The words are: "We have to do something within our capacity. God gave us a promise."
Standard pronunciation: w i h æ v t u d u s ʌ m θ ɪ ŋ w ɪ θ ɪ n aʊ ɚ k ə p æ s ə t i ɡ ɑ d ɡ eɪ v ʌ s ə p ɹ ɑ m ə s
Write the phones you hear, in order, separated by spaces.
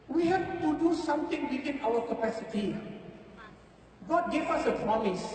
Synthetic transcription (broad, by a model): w i h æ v t u d u s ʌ m t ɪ ŋ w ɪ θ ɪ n aʊ ɚ k ə p æ s ə t i ɡ ɑ d ɡ eɪ v ʌ s ə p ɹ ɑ m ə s